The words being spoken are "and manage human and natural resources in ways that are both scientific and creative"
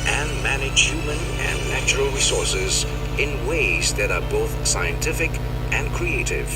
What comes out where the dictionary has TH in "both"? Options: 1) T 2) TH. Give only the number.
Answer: 2